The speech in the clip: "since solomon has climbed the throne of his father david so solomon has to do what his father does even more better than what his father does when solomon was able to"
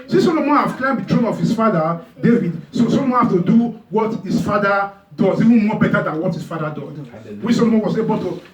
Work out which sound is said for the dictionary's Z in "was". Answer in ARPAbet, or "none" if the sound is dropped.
S